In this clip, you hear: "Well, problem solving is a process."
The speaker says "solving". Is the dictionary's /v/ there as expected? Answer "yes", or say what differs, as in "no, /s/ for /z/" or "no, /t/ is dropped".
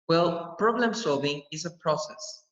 yes